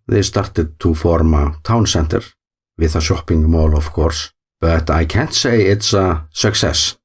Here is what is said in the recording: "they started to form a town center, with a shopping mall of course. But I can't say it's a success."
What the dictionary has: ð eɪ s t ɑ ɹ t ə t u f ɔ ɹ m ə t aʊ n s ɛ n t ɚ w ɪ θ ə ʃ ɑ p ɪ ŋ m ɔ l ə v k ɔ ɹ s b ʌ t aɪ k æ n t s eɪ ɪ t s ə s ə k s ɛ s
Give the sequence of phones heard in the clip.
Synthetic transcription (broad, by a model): ð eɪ s t ɑ ɹ t ə t u f ɔ ɹ m ə t aʊ n s ɛ n t ɚ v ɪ θ ə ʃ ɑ p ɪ ŋ m ɔ l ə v k ɔ ɹ s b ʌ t aɪ k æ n t s eɪ ɪ t s ə s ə k s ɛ s